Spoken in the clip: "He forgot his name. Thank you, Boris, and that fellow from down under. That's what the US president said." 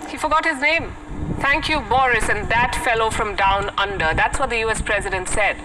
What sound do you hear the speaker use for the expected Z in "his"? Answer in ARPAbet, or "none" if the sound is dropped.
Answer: Z